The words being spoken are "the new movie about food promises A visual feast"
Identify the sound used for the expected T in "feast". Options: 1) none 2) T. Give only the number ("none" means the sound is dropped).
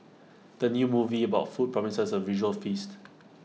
2